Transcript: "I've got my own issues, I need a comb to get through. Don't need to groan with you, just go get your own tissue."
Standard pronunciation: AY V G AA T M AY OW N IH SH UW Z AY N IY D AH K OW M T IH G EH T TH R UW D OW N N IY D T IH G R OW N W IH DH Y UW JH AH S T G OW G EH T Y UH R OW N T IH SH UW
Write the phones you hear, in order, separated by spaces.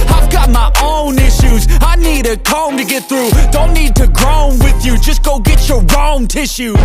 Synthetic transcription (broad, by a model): AY V G AA T M AY OW N IH SH UW Z AY N IY D AH K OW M T IH G EH T TH R UW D OW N N IY D T IH G R OW N W IH DH Y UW JH AH S G OW G EH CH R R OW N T IH SH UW